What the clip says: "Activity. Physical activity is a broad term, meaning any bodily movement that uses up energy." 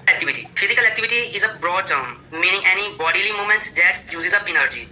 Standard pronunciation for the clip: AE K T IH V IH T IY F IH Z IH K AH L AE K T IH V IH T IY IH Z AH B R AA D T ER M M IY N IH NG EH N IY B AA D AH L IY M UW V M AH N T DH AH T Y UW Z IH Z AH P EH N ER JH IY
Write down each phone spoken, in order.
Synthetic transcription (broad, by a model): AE K T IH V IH T IY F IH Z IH K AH L AE K T IH V IH T IY IH Z AH B R AA D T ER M M IY N IH NG EH N IY B AA D AH L IY M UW M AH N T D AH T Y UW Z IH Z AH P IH N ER JH IY